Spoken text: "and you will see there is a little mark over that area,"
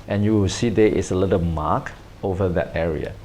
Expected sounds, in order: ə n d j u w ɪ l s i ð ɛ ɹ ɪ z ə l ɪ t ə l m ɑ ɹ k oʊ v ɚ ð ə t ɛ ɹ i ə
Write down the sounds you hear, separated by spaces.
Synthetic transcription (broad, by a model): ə n j u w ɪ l s i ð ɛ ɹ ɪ s ə l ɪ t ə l m ɑ k oʊ v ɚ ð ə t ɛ ɹ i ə